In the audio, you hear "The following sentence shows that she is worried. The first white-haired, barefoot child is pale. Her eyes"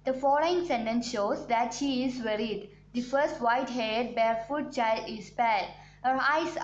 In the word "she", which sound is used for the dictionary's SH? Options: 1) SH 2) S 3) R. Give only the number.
1